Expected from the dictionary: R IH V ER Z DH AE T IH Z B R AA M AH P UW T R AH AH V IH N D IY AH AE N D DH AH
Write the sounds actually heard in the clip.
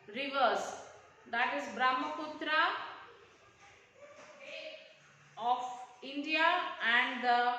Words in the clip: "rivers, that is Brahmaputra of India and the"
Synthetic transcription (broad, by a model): R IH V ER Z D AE T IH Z B R AA M AH P UW T R AH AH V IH N D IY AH AE N D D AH